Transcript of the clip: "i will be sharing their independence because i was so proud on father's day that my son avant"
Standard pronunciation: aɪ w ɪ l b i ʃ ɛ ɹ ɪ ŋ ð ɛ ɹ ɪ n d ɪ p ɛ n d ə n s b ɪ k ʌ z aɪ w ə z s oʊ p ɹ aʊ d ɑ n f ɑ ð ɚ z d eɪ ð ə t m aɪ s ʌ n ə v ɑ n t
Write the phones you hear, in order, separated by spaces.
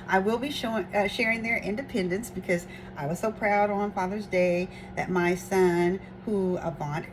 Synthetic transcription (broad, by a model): aɪ w ɪ l b i ʃ ɛ ɹ ɪ ŋ ð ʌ ɹ ɪ n d ɪ p ɛ n d ə n s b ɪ k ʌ z aɪ w ə z s oʊ p ɹ aʊ d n f ɑ ð ɚ z d eɪ ð ə t m aɪ s ʌ n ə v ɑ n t